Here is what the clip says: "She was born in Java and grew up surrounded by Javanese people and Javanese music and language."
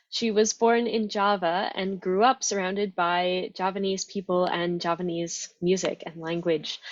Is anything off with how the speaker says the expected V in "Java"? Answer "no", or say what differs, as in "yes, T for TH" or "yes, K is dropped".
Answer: no